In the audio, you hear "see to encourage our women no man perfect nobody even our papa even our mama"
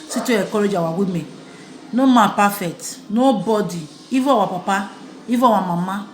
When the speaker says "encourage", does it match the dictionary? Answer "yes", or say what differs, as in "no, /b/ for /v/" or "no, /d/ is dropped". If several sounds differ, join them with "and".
no, /n/ is dropped